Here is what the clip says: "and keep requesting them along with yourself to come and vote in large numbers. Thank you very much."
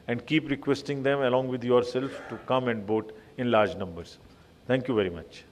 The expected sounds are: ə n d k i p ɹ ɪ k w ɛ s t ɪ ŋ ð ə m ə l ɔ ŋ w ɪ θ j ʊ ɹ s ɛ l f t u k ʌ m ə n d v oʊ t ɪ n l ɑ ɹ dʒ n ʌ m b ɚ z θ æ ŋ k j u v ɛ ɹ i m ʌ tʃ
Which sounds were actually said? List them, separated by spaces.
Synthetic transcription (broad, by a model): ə n d k i p ɹ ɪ k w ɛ s t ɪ ŋ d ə m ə l ɔ ŋ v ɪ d j ʊ ɹ s ɛ l f t u k ʌ m ə n d b oʊ t ɪ n l ɑ ɹ dʒ n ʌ m b ɚ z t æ ŋ k j u v ɛ ɹ i m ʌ tʃ